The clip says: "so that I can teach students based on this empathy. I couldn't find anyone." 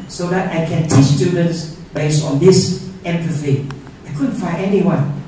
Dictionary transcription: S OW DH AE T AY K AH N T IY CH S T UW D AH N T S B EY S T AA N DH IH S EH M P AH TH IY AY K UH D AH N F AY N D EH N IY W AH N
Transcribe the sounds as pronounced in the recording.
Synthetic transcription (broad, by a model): S OW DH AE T AY K AH N T IY CH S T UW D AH N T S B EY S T AA N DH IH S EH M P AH F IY AY K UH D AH N F AY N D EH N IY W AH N